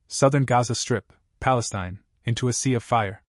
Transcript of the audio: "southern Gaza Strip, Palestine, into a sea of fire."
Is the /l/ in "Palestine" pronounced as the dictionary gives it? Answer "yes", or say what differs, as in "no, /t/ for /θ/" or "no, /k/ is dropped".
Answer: yes